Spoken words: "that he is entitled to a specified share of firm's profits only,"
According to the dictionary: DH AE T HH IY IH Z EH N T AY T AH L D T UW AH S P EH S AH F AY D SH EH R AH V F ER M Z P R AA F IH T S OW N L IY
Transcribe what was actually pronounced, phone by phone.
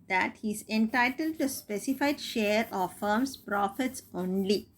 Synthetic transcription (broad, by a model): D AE T HH IY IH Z EH N T AY T AH L D T UW S P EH S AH F AY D SH EH R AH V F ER M S P R AA F IH T S OW N L IY